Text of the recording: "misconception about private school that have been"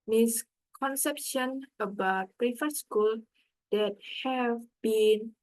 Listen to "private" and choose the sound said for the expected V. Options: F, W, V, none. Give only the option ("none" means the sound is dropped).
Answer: F